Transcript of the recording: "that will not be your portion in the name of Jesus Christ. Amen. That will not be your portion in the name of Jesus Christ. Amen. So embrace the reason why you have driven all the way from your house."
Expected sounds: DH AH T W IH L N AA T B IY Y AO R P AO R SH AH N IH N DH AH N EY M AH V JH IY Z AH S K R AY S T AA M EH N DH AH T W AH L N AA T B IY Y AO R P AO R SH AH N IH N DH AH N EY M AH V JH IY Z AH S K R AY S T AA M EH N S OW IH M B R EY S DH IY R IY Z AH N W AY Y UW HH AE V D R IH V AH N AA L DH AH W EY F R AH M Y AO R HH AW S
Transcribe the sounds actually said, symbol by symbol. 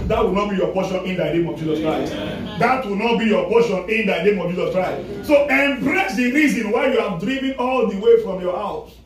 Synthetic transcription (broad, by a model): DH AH T W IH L N AA T B IY Y AO P AO SH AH N IH N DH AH N EY M AH V JH IY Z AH S K R AY S T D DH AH T W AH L N AA T B IY Y AO P AO SH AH N IH N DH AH N EY M AH V JH IY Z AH S K R AY S T S OW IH M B R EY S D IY R IY Z AH N W AY Y UW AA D R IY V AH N AA L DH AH W EY F R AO M Y AO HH AW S